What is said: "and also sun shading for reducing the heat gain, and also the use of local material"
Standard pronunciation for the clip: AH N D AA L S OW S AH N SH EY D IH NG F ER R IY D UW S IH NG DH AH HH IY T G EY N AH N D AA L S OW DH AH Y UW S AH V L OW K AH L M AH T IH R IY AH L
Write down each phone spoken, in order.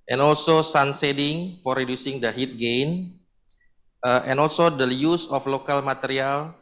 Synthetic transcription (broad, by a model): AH N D AA L S OW S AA N S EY D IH NG F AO R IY D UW S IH NG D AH HH IY T G EY N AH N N AA L S OW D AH Y UW S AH F L OW K AH L M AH T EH R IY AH L